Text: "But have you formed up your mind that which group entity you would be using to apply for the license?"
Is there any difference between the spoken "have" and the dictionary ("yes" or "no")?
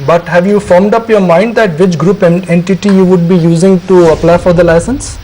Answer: no